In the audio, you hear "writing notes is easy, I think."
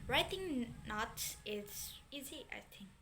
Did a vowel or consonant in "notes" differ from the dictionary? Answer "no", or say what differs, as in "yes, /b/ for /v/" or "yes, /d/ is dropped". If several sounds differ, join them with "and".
yes, /s/ is dropped